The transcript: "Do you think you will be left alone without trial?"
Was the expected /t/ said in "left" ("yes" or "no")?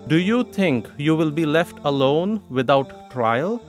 yes